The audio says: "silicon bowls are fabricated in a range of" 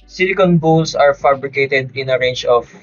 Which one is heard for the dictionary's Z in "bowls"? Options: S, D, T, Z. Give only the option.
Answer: S